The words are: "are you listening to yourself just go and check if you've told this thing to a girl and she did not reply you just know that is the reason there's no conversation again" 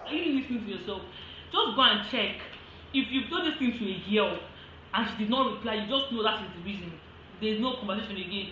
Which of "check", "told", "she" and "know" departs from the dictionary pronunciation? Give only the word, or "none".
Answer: told